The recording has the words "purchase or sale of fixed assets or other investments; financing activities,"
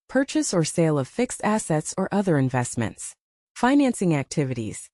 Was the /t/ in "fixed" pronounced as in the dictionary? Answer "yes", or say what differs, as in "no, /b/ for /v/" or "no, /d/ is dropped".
yes